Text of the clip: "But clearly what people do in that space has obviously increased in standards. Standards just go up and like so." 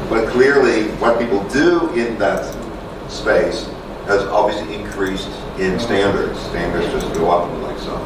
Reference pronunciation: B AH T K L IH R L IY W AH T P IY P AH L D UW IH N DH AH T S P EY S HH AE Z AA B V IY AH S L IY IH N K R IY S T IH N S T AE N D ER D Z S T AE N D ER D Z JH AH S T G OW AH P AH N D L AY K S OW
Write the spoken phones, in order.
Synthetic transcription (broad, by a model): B AH T K L IH R L IY W AH T P IY P L D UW IH N DH AH T S P EY S HH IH Z AA B V IY AH S L IY IH N K R IY S T IH N S T AE N D ER D Z S T AE N D ER D Z JH AH S T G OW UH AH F L AY K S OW